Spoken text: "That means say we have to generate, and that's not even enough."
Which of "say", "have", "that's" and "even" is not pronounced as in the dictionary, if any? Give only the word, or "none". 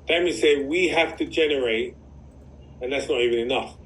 have